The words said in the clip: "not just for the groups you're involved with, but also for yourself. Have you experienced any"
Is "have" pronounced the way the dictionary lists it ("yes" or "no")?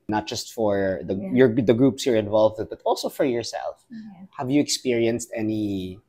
yes